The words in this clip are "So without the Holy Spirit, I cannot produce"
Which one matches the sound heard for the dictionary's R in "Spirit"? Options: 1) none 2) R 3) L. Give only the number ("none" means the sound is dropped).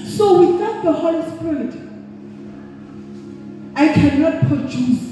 3